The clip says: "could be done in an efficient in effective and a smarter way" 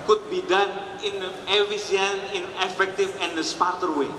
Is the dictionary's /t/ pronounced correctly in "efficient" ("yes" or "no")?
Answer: no